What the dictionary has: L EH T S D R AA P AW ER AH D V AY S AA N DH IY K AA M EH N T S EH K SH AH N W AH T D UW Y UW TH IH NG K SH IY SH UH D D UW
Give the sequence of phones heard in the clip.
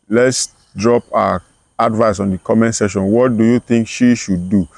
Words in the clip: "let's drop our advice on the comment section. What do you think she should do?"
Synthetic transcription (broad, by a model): L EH T S D R AA P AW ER AH D V AY S AA N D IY K AA M EH N T S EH SH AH N W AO T D UW Y UW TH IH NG K SH IY SH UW D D UW